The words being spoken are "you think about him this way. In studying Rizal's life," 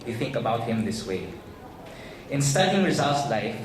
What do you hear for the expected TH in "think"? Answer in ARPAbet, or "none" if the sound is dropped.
TH